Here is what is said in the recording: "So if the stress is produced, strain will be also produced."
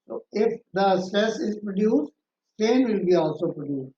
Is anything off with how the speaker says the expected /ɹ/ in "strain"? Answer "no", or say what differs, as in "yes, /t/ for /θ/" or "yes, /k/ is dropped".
yes, /ɹ/ is dropped